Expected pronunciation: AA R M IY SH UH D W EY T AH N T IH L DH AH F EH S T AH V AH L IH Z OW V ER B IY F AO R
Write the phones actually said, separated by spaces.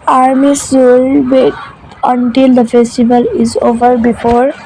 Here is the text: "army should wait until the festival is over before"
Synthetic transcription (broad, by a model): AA R M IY S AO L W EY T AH N T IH L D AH F EH S T AH V AH L IH Z OW V ER B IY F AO R